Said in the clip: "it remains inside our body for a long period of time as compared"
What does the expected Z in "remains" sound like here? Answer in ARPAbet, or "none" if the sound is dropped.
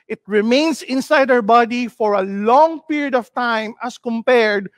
S